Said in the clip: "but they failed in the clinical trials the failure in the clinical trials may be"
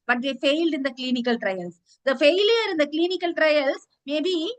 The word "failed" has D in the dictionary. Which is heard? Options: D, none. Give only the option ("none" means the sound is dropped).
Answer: D